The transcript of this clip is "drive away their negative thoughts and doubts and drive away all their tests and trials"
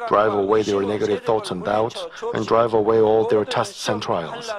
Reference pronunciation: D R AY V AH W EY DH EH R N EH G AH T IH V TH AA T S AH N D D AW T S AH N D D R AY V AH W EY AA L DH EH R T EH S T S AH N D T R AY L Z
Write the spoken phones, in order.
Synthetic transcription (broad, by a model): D R AY V AH W EY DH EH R N EH G AH T IH V TH AA T S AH N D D AW T S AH N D D R AY V AH W EY AA L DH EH R T EH S T S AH N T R AY L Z